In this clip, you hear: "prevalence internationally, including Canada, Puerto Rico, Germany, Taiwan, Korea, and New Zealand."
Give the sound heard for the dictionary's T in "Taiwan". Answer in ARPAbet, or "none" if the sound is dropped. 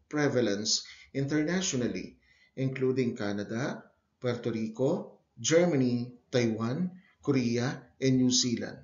T